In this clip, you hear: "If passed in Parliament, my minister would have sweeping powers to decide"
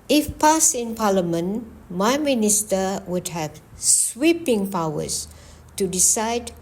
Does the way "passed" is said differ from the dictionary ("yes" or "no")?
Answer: yes